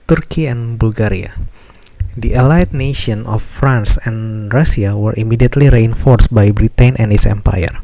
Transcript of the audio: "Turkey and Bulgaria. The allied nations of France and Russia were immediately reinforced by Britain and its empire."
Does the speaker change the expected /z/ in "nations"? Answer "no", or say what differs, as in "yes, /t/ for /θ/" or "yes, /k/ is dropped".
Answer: yes, /z/ is dropped